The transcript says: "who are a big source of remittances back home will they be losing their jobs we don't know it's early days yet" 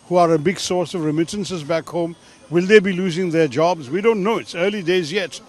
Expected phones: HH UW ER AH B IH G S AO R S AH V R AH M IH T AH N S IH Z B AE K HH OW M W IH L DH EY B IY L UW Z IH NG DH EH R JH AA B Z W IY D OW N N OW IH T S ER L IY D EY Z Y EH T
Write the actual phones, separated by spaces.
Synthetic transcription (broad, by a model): HH UW ER AH B IH G S AO R S AH V R AH M IH T AH N S IH Z B AE K HH OW M W IH L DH EY B IY L UW Z IH NG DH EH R JH AA B Z W IY D OW N N OW IH T S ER L IY D EY Z Y EH T